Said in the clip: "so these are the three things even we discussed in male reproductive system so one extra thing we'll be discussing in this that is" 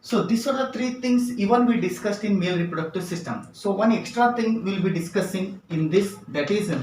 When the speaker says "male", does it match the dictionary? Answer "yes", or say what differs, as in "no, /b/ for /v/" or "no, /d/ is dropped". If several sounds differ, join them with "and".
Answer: yes